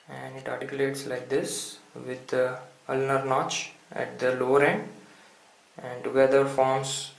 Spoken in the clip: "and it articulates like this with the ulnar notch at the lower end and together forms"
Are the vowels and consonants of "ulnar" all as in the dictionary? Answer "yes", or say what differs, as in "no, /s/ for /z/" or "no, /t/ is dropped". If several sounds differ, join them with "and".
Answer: yes